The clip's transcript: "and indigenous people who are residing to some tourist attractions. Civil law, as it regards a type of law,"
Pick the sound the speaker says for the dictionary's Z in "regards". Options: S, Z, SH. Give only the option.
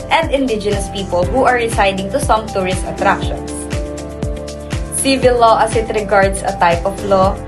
S